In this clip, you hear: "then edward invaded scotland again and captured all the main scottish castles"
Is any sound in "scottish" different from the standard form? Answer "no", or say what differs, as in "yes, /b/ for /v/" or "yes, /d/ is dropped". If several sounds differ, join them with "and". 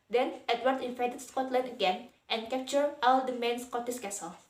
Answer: yes, /s/ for /ʃ/